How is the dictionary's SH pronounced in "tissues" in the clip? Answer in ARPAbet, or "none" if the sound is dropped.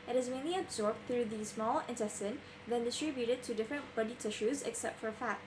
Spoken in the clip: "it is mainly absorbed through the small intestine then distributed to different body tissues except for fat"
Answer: SH